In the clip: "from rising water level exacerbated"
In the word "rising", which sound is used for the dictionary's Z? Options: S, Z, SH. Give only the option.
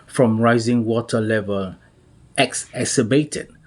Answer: Z